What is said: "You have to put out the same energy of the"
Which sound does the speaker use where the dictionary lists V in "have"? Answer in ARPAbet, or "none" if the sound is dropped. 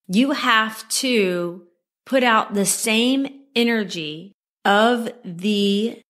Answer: F